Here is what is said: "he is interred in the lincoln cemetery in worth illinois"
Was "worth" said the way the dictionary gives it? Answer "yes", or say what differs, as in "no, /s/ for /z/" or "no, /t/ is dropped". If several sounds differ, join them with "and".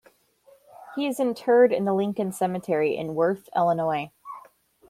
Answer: yes